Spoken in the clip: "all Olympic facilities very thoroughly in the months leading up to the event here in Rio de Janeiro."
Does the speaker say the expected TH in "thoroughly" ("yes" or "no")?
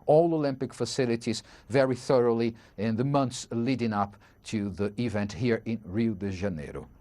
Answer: yes